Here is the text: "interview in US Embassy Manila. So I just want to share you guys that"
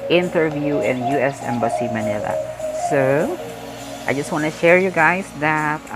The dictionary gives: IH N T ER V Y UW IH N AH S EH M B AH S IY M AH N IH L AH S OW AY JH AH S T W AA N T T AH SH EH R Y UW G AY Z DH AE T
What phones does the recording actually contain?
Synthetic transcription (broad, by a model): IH N T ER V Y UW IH N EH S EH M B AH S IY M AH N IH L AH S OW AY JH AH S T W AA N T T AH SH EH R Y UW G AY S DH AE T